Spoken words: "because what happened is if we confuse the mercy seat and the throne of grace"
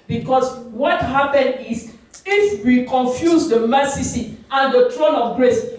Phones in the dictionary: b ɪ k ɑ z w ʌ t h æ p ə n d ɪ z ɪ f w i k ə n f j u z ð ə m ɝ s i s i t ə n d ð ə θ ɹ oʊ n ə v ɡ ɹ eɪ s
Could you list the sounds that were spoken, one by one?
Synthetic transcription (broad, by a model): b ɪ k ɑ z w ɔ t h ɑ p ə n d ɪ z ɪ f w i k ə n f j u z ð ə m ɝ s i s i ə n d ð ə t ɹ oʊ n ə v ɡ ɹ eɪ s